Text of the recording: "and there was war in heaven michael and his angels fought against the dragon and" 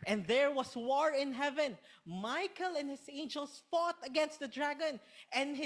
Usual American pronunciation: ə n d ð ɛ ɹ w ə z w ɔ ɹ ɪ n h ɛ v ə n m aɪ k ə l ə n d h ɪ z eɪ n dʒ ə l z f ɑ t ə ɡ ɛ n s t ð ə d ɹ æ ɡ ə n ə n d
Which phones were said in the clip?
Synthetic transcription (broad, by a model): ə n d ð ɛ ɹ w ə s w ɔ ɹ ɪ n h ɛ v ə n m aɪ k ə l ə n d h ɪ s eɪ n dʒ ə l s f ɑ t ə ɡ ɛ n s t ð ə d ɹ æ ɡ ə n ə n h